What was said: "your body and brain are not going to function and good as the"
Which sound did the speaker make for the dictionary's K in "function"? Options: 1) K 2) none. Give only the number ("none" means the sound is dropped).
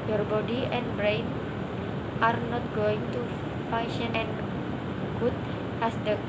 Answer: 2